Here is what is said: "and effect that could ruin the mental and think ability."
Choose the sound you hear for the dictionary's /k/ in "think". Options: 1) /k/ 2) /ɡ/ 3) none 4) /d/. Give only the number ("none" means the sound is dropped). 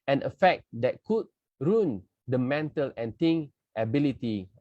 3